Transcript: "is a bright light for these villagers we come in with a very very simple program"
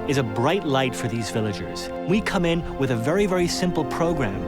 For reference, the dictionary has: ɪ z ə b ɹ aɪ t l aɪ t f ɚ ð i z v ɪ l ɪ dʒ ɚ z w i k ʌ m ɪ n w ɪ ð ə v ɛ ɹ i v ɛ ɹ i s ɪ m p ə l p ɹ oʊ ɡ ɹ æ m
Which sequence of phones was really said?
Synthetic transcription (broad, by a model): ɪ z ə b ɹ aɪ t l aɪ t f ɚ ð i z v ɪ l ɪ dʒ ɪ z w i k ʌ m ɪ n w ɪ ð ə v ɛ ɹ i v ɛ ɹ i s ɪ m p l p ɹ oʊ ɡ ɹ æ m